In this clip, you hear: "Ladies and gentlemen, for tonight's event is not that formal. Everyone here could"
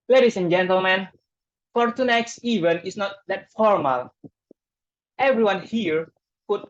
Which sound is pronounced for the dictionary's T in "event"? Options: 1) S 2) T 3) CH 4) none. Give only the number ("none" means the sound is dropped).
4